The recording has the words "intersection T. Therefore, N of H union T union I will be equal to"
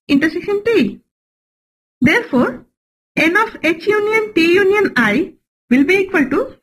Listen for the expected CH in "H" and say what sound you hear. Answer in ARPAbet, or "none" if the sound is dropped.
CH